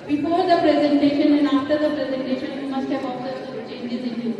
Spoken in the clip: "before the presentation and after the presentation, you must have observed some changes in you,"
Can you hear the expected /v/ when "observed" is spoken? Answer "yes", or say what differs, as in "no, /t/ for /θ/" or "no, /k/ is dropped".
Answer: no, /v/ is dropped